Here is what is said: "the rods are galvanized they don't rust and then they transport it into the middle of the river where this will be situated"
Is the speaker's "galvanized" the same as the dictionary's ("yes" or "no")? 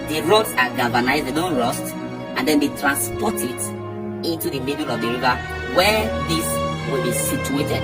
no